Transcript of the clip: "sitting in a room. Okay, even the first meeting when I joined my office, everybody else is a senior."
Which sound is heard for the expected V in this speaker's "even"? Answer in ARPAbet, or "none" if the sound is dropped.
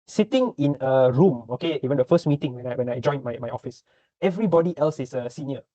W